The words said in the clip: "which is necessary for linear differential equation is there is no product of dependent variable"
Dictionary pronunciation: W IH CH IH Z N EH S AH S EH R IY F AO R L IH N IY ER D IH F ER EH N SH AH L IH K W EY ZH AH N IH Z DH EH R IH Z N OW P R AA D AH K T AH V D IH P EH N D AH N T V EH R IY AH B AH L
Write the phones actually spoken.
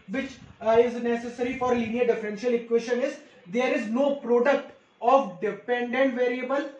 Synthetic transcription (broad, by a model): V IH CH IH Z N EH S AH S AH R IY F AO R L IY N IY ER D IH F ER EH N SH AH L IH K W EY SH AH N IH Z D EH R IH Z N OW P R AA D AH K T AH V D IH P EH N D AH N T V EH R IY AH B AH L